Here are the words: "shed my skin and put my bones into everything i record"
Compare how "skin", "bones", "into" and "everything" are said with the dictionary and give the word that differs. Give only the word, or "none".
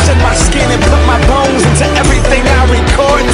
none